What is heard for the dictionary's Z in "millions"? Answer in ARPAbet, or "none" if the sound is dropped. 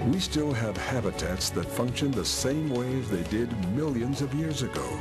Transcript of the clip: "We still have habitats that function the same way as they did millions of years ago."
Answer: Z